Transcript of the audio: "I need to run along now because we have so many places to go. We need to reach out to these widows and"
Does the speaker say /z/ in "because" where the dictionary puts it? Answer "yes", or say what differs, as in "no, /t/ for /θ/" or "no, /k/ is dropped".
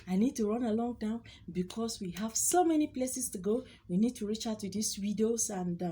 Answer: no, /s/ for /z/